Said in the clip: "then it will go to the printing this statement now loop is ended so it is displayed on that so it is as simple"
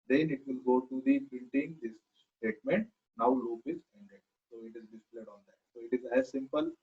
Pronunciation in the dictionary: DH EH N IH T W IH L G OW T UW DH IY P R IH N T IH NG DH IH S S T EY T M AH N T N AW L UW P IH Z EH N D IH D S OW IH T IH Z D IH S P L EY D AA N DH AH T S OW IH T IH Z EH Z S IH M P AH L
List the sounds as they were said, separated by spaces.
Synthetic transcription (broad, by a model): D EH N IH T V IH L G OW T UW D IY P IH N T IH NG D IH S S T EY T M AH N T N AW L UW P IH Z EH N D IH D S OW IH T IH Z D IH S P L EY D AA N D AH T S OW IH T IH Z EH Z S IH M P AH L